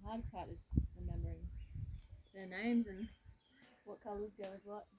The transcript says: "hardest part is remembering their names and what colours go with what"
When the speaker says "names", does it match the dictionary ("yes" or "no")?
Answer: yes